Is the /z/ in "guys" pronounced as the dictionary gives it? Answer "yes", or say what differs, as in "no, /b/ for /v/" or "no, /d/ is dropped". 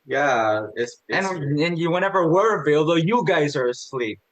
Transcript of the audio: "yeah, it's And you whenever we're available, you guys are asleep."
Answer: yes